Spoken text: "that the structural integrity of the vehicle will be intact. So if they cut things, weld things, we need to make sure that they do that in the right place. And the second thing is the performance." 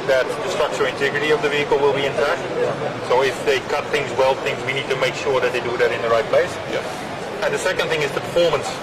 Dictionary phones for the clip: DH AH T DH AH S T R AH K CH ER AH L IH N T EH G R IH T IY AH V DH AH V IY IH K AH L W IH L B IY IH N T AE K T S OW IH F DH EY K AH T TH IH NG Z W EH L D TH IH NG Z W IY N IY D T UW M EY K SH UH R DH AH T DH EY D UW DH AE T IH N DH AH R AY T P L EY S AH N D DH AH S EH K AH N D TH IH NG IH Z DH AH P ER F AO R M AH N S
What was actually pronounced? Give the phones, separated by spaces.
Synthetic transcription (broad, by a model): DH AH T DH AH S T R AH K CH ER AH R IH N T EH G R IH T IY AH V DH AH V IY IH K AH L W IH L B IY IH N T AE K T S OW IH F DH EY K AH T TH IH NG Z W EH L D TH IH NG Z W IY N IY D T UW M EY K SH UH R DH AH T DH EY D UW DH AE T IH N DH AH R AY T P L EY S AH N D DH AH S EH K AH N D TH IH NG IH Z DH AH P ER F AO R M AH N S